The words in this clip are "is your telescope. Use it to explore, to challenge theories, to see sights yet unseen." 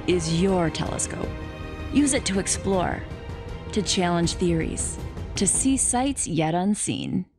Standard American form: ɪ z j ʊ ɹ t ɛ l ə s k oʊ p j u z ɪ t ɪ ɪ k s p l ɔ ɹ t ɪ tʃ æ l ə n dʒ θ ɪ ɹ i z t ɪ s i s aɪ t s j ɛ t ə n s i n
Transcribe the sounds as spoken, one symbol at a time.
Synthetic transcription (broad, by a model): ɪ z j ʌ ɹ t ɛ l ə s k oʊ p j u z ɪ t ɪ ɪ k s p l ɔ ɹ t ɪ tʃ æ l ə n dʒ θ ɪ ɹ i z t ɪ s i s aɪ t s j ɛ t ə n s i n